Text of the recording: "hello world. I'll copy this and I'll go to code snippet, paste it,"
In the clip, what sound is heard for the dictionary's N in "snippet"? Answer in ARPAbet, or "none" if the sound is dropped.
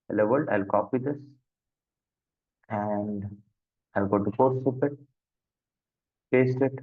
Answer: none